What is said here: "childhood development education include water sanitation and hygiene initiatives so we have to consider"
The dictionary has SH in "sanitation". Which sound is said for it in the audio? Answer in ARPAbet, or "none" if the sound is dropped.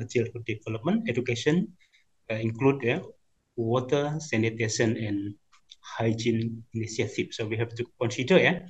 S